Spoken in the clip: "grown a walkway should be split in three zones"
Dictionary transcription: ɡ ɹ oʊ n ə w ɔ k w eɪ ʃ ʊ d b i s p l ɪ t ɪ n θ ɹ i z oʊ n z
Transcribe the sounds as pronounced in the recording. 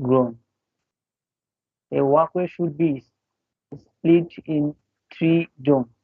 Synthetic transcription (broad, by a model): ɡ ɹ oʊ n ə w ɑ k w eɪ ʃ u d b i s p l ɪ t ɪ n t ɹ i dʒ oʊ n